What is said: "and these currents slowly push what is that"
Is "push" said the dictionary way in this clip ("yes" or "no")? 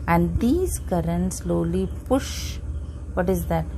yes